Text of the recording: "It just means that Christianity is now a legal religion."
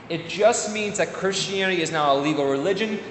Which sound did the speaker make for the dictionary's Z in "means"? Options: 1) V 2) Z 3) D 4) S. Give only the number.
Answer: 2